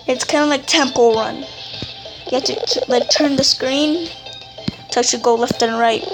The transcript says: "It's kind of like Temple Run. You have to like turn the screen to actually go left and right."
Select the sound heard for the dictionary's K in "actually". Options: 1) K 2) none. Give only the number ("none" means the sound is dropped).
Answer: 2